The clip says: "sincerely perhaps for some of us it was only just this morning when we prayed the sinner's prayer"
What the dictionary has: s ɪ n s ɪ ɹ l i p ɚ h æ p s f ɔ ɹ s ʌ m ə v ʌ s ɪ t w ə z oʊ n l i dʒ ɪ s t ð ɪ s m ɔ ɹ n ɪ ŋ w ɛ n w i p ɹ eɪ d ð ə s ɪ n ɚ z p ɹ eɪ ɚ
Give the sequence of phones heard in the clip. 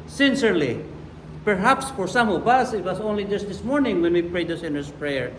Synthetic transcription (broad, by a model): s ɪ n s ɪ ɹ l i p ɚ h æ p s f ɔ ɹ s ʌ m ə v ʌ s ɪ t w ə s oʊ n l i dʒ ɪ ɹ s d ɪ s m ɔ ɹ n ɪ ŋ w ɛ n w i p ɹ eɪ d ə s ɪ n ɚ s p ɹ eɪ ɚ